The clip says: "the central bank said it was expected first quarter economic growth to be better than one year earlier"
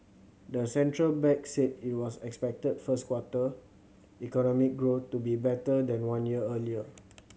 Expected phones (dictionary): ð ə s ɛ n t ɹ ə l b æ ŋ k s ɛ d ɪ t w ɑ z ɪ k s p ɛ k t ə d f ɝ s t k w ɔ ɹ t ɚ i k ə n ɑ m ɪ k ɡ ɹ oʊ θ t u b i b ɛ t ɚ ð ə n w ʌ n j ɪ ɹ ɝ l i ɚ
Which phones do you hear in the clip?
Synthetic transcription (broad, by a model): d ə s ɛ n t ɹ ə l b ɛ k s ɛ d ɪ t w ɑ s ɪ k s p ɛ k t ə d f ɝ s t k w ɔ t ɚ i k ə n ɑ m ɪ k ɡ ɹ oʊ t u b i b ɛ t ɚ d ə n w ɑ n j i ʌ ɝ l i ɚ